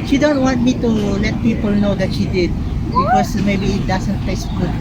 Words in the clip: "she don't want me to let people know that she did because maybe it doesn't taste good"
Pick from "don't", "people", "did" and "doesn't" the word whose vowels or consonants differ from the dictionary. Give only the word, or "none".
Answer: doesn't